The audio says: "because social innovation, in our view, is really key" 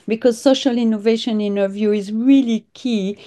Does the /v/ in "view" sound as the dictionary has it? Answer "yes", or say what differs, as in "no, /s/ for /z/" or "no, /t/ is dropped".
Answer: yes